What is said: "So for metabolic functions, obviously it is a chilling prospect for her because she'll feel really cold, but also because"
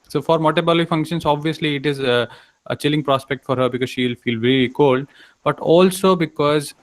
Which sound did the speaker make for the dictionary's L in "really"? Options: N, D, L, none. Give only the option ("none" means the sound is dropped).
none